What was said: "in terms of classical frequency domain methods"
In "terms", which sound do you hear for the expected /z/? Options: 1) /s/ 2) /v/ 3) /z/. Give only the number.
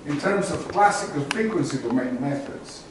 3